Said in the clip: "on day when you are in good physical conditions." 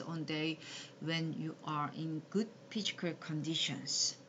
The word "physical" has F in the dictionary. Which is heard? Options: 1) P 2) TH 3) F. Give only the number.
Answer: 1